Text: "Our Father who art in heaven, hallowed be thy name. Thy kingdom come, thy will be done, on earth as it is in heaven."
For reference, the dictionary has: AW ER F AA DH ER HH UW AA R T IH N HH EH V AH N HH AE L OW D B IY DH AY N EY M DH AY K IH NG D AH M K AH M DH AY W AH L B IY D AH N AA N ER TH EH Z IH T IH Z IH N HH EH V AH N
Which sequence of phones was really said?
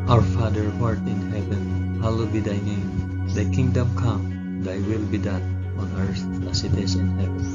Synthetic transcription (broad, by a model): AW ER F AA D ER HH AA R T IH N HH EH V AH N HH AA L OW B IY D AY N EY M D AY K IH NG D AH M K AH M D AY W AH L B IY D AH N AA N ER S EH S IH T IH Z IH N HH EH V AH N